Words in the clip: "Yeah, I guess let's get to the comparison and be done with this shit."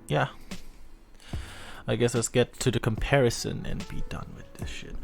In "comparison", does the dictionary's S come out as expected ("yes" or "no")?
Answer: yes